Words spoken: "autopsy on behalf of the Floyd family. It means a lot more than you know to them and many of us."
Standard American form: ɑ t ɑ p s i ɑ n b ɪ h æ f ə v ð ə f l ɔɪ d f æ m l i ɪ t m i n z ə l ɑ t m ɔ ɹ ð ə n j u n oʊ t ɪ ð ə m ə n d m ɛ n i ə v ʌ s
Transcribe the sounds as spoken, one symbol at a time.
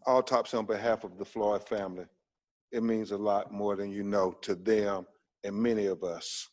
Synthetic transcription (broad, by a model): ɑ t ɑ p s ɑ n b ɪ h æ f ə v ð ə f l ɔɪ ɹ f æ m l i ɪ t m i n z ə l ɑ t m ɔ ɹ ð ə n j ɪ n oʊ t ɪ ð ə m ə n m ɛ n i ə v ʌ s